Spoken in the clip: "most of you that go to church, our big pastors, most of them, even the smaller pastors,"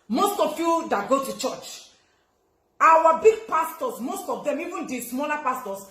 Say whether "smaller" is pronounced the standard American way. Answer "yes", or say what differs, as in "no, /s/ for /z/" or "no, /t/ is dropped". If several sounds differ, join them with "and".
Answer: no, /n/ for /l/